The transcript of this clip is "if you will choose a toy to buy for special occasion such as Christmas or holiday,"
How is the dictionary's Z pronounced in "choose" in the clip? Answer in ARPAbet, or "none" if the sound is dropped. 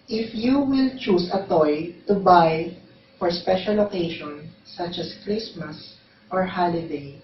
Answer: S